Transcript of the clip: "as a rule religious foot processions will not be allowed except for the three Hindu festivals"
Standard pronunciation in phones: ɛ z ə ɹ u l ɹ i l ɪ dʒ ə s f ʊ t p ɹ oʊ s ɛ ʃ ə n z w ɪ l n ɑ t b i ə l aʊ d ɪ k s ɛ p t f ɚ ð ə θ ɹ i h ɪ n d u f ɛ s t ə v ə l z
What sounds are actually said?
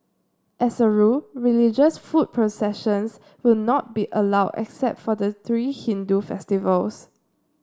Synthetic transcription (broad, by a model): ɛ s ə ɹ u ɹ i l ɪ dʒ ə s f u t p ɹ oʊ s ɛ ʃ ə n s w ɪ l n ɑ t b i ə l aʊ d ɪ k s ɛ p t f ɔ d ə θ ɹ i h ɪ n d u f ɛ s t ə v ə l s